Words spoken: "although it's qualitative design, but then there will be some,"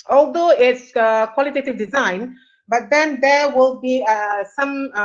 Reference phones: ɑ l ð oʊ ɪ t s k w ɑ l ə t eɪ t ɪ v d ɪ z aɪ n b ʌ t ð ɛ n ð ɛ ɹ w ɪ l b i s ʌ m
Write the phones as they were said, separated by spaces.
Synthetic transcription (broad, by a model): ɑ l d oʊ ɪ t s k w ɑ l ə t eɪ t ɪ v d ɪ z aɪ n b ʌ t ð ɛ n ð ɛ w ɪ l b i s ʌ m